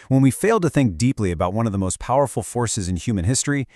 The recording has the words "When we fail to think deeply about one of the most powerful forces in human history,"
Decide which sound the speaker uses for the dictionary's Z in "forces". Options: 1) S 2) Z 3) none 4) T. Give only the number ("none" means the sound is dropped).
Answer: 2